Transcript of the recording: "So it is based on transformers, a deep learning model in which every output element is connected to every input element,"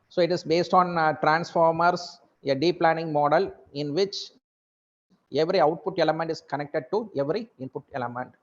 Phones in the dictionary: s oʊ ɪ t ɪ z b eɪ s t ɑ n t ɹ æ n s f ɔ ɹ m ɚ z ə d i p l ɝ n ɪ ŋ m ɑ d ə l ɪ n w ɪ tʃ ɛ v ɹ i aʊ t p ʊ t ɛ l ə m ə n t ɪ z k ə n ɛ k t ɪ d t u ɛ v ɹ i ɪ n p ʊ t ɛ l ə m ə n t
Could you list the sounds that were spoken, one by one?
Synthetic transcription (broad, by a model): s oʊ ɪ t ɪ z b eɪ s t ɑ n t ɹ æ n s f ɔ ɹ m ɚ s ə d i p l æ n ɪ ŋ m ɑ d ə l ɪ n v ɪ tʃ ɛ v ɹ i aʊ t p ʊ t ɛ l ə m ə n t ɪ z k ə n ɛ k t ɪ d t u ɛ v ɹ i ɪ n p ʊ t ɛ l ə m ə n t